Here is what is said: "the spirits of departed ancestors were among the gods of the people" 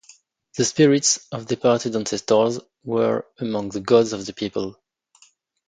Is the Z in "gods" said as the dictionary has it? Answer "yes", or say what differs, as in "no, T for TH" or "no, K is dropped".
yes